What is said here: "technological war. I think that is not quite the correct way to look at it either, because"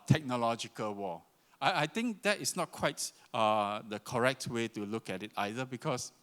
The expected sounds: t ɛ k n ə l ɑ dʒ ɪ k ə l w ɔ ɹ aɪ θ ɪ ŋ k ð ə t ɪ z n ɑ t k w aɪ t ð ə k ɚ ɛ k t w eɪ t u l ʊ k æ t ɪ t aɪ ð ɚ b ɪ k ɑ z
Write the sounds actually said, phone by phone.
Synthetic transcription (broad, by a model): t ɛ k n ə l ɑ dʒ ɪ k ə l w ɔ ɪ aɪ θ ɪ ŋ k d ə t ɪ s n ɑ t k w aɪ t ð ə k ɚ ɛ k t w eɪ t u l ʊ k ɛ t ɪ t aɪ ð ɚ b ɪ k ɑ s